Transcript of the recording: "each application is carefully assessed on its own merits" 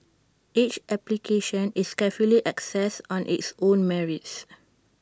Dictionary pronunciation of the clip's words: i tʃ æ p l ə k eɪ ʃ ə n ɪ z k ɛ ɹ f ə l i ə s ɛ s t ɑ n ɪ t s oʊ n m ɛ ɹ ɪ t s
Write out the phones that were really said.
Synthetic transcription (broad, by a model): i tʃ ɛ p l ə k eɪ ʃ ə n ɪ s k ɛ f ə l i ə s ɛ s ɑ n ɪ t s oʊ n m ɛ ɹ ɪ t s